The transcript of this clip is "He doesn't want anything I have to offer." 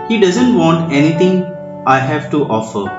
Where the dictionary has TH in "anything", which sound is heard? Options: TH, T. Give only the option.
T